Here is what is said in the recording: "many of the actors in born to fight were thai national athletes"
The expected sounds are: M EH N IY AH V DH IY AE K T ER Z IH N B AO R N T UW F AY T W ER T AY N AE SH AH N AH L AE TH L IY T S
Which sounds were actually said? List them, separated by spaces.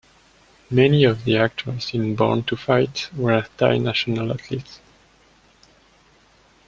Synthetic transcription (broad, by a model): M EH N IY AH V DH IY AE K T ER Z IH N B AO R N T UW F AY T W ER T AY N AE SH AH N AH L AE T L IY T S